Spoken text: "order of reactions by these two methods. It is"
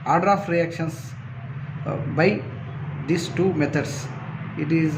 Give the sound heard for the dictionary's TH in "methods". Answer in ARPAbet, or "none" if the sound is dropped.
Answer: T